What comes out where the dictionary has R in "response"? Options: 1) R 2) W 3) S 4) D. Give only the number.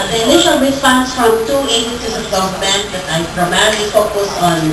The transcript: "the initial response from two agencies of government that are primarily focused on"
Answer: 2